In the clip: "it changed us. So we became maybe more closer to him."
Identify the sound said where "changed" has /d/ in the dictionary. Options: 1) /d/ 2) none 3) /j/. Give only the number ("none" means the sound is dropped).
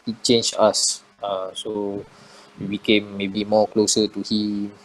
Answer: 2